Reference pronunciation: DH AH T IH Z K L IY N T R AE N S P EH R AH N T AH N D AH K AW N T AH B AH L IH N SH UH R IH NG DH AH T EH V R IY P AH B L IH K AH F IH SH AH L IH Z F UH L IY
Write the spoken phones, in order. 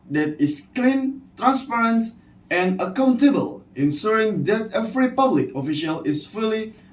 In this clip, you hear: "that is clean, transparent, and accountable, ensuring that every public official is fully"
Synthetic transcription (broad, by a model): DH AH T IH S K L IY N T R AE N S P EH R AH N T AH N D AH K AW N T AH B AH L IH N S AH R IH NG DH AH T EH V R IY P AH B L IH K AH F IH SH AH L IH S F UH L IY